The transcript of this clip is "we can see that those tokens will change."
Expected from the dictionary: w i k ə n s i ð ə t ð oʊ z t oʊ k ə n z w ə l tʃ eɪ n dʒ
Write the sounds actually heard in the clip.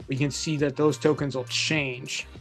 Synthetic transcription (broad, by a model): w i k ə n s i ð ə t ð oʊ z t oʊ k ə n z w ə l tʃ eɪ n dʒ